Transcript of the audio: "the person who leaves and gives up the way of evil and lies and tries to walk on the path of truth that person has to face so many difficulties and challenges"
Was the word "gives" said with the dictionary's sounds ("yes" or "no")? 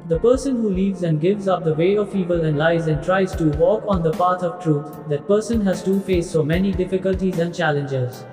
yes